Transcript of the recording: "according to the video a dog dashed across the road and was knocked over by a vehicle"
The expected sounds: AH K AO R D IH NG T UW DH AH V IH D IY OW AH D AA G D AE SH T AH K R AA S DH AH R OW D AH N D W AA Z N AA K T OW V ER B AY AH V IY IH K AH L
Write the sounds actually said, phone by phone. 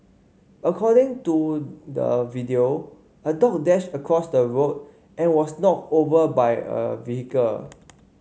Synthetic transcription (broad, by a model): AH K AO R D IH NG T UW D AH V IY D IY OW AH D AA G D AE SH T AH K R AA S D AH R OW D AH N W AA S N AA T OW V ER B AY AH V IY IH K AH L